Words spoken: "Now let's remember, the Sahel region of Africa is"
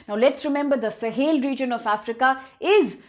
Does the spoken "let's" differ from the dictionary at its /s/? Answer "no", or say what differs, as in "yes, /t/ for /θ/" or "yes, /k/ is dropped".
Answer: no